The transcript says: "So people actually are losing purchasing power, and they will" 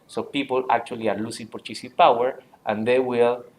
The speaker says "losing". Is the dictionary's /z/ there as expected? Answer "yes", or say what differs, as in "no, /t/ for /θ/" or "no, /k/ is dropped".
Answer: no, /s/ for /z/